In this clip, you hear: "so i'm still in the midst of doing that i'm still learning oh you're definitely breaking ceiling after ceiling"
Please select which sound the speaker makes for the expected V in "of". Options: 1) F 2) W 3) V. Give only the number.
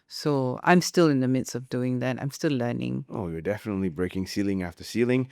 3